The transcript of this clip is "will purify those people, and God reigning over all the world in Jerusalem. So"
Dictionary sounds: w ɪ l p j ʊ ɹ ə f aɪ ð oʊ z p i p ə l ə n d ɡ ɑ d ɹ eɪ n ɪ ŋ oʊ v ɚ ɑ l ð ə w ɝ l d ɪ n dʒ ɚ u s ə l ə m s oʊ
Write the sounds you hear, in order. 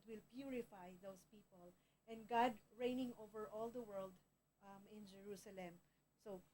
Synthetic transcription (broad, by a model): w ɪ l p j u ɹ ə f aɪ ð oʊ s p i p ə l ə n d ɡ ɑ d ɹ eɪ n ɪ ŋ oʊ v ɚ ɑ l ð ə w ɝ l d ɪ n dʒ ɚ u s ə l ə m s oʊ